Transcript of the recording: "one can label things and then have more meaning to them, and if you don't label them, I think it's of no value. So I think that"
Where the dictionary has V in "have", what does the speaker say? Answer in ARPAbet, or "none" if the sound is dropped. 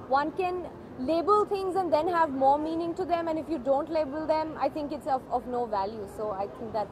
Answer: V